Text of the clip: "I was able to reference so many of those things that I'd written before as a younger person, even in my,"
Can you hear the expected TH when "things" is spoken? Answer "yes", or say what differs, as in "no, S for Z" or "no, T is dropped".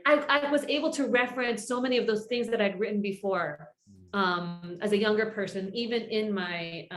yes